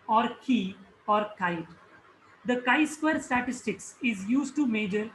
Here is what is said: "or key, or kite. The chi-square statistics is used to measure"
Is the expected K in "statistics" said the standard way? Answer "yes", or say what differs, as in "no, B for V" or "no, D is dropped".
yes